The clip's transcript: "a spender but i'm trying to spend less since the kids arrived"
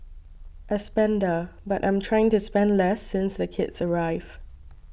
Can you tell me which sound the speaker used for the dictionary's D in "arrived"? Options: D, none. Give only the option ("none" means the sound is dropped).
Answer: none